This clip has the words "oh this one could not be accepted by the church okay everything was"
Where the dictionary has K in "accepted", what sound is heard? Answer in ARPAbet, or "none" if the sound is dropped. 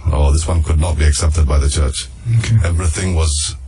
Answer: K